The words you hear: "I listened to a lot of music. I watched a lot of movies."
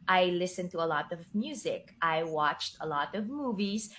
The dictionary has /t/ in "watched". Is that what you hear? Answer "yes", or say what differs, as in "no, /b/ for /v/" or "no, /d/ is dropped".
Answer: yes